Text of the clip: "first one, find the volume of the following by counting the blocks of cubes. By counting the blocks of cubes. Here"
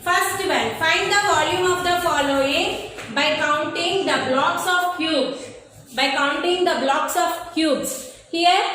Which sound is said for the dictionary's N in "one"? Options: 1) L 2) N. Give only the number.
1